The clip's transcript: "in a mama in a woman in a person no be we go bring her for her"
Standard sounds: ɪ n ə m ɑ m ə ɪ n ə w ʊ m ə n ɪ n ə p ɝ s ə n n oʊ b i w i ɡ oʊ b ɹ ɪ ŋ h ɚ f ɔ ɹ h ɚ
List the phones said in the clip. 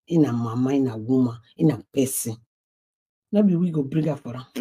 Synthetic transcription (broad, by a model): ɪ n ə m ɑ m ə ɪ n ə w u m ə ɪ n ə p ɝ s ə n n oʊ b i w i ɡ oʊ b ɹ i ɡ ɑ f ɔ ɹ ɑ